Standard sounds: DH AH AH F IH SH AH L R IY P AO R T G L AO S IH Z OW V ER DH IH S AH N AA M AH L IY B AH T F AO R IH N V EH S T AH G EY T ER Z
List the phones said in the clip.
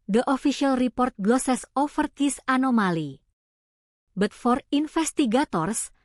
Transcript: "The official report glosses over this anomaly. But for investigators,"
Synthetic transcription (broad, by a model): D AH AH F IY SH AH L R IY P AO R T G L AO S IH S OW F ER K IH S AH N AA M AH L IY B AH T F AO R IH N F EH S T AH G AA T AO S